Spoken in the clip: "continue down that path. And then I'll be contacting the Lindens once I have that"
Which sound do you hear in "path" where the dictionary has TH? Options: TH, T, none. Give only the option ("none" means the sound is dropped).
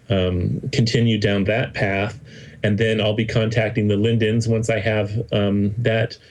TH